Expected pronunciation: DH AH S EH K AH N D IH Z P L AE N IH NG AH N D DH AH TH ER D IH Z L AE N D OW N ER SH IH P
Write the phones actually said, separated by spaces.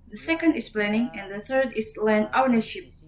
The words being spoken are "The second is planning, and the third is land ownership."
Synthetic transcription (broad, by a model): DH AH S EH K AH N D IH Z P L AE N IH NG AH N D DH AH TH ER D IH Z L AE N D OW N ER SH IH P